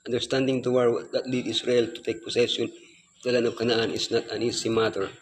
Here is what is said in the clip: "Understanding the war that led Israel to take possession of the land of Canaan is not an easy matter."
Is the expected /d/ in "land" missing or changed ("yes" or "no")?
yes